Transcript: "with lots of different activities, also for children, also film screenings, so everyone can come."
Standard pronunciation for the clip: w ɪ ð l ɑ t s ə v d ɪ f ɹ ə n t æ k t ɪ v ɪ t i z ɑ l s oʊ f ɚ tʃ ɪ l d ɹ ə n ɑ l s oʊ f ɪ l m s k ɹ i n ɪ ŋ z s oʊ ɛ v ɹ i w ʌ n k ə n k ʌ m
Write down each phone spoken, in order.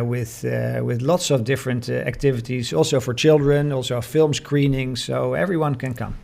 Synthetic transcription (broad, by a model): w ɪ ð l ɑ t s ə v d ɪ f ɹ ə n t æ k t ɪ v ɪ t i z ɑ l s oʊ f ɚ tʃ ɪ l d ɹ ə n ɑ l s oʊ f ɪ l m s k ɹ i n ɪ ŋ s oʊ ɛ v ɹ i w ʌ n k ə n k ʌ m